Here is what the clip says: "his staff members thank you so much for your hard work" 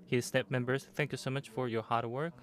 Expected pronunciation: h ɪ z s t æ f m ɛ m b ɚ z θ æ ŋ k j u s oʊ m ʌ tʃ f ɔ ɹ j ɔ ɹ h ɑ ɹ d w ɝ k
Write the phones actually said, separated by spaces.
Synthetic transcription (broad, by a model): h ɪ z s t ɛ p m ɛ m b ɚ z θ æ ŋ k j u s oʊ m ʌ tʃ f ɔ ɹ j ɔ ɹ h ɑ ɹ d w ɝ k